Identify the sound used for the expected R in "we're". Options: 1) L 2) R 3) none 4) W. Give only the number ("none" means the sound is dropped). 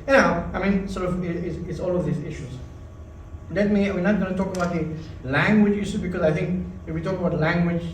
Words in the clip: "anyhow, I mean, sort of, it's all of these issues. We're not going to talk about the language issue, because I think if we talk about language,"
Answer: 4